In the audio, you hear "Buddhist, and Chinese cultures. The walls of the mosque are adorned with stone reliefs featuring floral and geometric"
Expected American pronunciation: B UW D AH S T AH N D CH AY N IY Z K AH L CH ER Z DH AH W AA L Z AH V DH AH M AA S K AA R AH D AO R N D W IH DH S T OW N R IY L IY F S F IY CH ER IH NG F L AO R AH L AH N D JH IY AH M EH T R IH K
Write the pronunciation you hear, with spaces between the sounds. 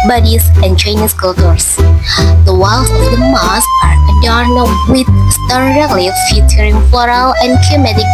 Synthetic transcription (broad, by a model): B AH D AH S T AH N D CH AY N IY S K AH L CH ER S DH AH W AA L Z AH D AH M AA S AA R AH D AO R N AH W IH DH S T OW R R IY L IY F F IY CH ER IH NG F L AO R AH L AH N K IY M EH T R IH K